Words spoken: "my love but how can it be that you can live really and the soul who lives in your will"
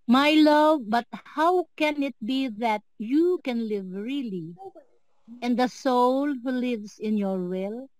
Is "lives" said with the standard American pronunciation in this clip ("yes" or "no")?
no